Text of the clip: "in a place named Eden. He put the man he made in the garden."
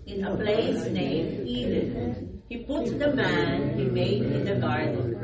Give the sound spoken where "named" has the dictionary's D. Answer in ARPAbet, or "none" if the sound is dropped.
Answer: none